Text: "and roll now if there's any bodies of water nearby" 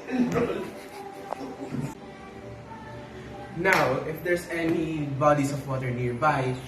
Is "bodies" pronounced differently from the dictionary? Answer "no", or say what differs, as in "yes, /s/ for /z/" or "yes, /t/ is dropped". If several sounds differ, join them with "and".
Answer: yes, /s/ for /z/